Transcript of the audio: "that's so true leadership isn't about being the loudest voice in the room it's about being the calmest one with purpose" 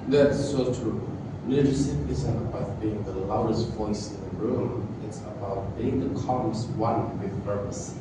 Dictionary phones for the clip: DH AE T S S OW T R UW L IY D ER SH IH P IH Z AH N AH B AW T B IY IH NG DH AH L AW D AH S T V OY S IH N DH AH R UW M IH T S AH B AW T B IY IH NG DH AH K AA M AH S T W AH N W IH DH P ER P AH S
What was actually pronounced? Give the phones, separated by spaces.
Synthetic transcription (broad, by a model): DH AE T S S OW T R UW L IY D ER S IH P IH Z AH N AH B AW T B IY IH NG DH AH L AW D AH S T V OY S IH N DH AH R UW M IH T S AH B AW T B IY IH NG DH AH K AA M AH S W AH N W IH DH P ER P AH S